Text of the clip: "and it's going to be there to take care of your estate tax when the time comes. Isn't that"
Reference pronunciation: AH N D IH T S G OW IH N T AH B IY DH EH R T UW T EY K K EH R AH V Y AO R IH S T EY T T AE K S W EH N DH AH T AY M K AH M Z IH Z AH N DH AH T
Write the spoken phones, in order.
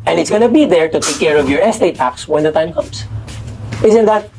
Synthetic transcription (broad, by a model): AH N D IH T S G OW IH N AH B IY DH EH R T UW T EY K K EH R AH V Y AO R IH S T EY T T AE K S W EH N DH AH T AY M K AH M S IH Z AH N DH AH T